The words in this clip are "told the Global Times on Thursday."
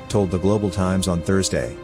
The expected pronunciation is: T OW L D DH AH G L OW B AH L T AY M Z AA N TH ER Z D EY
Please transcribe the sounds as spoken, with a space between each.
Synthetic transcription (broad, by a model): T OW L D DH AH G L OW B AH L T AY M Z N TH ER Z D EY